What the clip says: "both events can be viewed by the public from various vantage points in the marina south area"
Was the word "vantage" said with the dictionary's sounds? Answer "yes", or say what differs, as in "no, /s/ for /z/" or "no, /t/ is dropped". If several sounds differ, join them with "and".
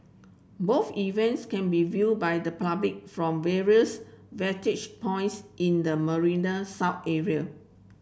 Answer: no, /n/ is dropped